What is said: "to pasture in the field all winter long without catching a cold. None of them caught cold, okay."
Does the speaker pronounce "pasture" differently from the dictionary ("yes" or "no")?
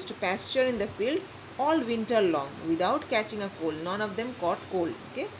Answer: no